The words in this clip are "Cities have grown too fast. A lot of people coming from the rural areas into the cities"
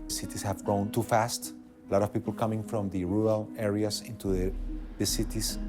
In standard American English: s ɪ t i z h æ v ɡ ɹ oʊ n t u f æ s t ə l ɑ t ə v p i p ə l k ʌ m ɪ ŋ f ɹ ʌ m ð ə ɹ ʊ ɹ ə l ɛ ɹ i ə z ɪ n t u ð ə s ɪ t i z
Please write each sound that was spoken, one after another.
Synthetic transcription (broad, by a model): s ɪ t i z h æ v ɡ ɹ oʊ n t u f æ s t l ɑ t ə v p i p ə l k ʌ m ɪ ŋ f ɹ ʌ m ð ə ɹ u ɹ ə l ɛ ɹ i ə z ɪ n t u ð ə s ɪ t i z